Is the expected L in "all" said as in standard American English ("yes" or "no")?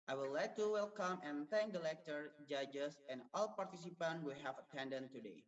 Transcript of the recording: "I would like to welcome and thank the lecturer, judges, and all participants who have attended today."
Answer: yes